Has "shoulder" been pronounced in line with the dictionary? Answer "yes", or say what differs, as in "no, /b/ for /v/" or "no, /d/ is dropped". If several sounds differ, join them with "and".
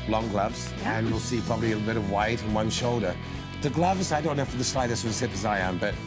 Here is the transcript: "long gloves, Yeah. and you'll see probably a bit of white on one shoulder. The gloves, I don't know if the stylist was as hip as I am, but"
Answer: yes